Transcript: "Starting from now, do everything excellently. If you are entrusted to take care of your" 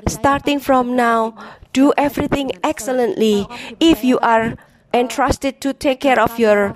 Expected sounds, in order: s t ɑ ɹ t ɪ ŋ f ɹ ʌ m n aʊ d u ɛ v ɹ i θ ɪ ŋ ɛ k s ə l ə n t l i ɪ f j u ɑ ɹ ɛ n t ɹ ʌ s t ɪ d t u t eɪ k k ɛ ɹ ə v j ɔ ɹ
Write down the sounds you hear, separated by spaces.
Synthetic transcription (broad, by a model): s t ɑ ɹ t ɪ ŋ f ɹ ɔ m n aʊ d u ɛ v ɹ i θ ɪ ŋ ɛ k s ə l ə n t l i ɪ f j u ɑ ɹ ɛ n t ɹ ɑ s t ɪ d t u t eɪ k k ɛ ɹ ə f j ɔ ɹ